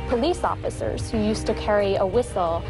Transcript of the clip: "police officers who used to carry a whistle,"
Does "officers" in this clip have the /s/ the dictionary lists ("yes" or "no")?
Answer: yes